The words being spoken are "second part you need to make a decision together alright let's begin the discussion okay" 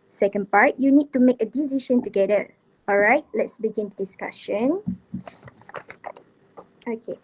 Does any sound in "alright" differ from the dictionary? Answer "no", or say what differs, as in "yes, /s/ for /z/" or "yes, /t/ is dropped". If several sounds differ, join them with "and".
no